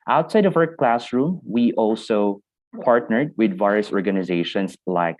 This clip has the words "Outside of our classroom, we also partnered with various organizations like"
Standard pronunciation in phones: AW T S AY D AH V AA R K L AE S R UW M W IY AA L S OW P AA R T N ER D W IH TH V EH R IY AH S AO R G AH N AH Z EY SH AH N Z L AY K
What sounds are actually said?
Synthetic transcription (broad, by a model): AW T S AY D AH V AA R K L AE S R UW M W IY AA L S OW P AA R T N ER D W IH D V EH R IY AH S AO R G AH N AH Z EY SH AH N S L AY K